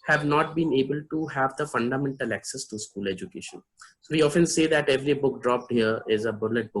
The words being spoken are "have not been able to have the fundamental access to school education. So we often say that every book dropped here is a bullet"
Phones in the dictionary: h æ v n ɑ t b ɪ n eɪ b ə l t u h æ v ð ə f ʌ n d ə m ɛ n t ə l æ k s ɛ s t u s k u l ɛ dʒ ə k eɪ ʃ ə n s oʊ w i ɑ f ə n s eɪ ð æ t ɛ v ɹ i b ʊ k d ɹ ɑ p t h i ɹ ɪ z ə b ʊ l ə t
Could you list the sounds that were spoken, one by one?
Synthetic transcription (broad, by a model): h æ v n ɑ t b ɪ n eɪ b ə l t u h æ v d ə f ʌ n d ə m ɛ n t ə l æ k s ɛ s t u s k u l ɛ dʒ ə k eɪ ʃ ə n s oʊ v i ɑ f ə n s eɪ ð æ t ɛ v ɹ i b ʊ k d ɹ ɑ p t h i ɹ ɪ z ə b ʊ l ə t